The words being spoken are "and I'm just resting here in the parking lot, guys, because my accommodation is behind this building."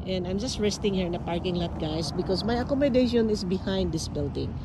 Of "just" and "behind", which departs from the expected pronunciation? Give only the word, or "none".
none